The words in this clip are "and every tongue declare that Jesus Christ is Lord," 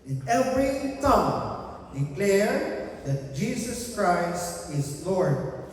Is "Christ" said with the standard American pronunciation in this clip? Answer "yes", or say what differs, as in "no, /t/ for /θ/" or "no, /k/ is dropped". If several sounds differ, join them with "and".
yes